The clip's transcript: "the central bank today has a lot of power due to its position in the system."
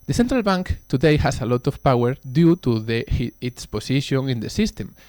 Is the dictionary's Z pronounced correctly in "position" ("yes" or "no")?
no